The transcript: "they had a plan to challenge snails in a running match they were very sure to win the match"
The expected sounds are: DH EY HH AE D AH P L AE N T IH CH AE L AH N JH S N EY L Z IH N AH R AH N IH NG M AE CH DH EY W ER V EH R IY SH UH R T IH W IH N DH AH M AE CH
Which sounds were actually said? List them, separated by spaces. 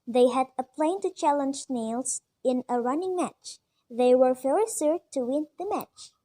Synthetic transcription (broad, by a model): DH EY HH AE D AH P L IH N T IH CH AE L AH N JH N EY L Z IH N AH R AH N IH NG M AE CH DH EY W ER F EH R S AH R T IH W IH N DH AH M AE CH